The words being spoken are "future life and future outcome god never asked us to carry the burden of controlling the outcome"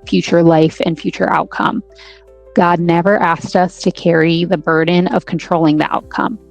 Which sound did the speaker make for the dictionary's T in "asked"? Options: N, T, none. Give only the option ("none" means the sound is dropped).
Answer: T